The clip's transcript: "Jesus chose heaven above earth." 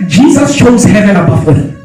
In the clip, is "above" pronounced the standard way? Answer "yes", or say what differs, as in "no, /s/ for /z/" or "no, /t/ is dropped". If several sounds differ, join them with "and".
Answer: no, /f/ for /v/